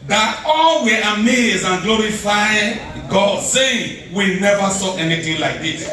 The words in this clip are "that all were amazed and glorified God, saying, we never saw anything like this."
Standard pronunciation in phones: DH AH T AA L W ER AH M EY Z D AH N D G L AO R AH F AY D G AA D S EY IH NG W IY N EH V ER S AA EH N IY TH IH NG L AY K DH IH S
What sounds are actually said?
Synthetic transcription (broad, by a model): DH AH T AA L W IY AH M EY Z AH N G L AO R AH F AY G AA D S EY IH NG W IY N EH V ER S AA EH N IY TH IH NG L AY K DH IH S